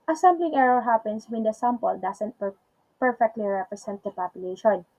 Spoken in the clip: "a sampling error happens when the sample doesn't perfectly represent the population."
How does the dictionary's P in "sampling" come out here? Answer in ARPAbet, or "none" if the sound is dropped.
B